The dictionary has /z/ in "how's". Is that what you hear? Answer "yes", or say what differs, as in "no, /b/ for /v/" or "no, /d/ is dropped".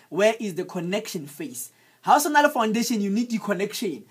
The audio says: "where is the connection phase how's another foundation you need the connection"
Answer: no, /s/ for /z/